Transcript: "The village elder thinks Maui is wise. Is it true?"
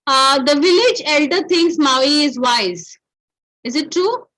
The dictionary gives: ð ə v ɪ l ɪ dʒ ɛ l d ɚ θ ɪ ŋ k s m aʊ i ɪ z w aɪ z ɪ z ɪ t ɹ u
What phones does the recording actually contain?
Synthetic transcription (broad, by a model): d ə v ɪ l ɪ dʒ ɛ l d ɚ t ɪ ŋ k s m aʊ i ɪ z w aɪ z ɪ z ɪ t ɹ u